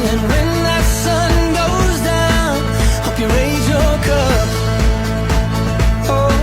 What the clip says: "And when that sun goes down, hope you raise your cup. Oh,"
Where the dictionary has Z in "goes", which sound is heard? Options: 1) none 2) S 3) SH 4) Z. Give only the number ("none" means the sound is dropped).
4